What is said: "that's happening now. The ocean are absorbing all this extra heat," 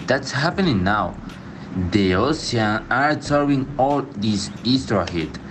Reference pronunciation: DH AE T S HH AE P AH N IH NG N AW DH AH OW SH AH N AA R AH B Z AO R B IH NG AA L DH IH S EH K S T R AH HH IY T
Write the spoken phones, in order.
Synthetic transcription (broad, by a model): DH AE T S HH AE P AH N IH NG N AW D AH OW S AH AA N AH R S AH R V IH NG AA L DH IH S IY S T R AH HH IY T